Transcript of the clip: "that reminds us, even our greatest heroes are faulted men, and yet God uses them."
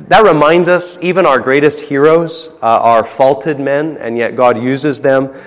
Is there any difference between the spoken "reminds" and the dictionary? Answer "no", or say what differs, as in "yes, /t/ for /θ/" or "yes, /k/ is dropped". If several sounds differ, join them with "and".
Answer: no